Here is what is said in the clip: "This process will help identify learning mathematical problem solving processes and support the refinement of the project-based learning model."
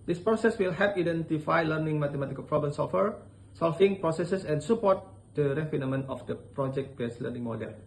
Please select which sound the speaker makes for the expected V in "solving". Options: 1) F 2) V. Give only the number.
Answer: 1